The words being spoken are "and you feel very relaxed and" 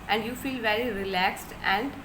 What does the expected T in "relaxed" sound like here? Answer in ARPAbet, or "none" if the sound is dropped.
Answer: T